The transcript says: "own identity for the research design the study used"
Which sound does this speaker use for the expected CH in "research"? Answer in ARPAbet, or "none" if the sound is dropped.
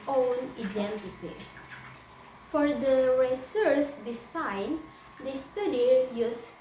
S